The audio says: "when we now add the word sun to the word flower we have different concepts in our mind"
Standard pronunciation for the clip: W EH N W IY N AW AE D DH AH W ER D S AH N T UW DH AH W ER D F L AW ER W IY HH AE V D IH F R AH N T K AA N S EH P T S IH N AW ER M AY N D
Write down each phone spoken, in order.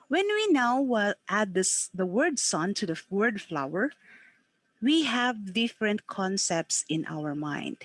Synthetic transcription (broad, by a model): W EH N W IY N AW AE D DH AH W ER D S AH N T UW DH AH W ER D F L AW ER W IY HH AE V D IH F R AH N T K AA N S EH P T S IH N AW ER M AY N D